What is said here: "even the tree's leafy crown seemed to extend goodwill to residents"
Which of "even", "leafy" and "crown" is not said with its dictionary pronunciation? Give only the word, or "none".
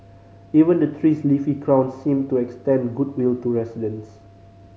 none